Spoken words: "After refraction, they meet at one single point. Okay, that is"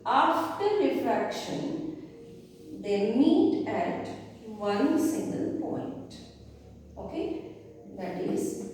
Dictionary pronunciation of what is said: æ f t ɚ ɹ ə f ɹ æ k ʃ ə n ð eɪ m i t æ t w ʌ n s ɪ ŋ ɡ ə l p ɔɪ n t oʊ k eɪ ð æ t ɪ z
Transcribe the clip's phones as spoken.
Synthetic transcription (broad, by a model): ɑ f t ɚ ɹ ə f ɹ æ k ʃ ə n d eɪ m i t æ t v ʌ n s ɪ ŋ ɡ ə l p ɔɪ n t oʊ k eɪ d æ t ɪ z